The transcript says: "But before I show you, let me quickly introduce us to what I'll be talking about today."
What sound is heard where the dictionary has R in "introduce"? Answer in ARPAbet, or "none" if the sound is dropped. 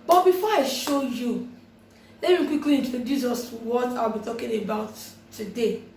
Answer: none